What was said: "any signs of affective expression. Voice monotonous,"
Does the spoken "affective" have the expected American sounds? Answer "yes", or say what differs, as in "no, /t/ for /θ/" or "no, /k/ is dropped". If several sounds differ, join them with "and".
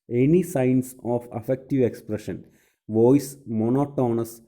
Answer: yes